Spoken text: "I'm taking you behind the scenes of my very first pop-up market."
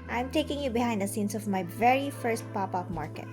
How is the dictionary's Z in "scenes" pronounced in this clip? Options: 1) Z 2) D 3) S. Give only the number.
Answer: 3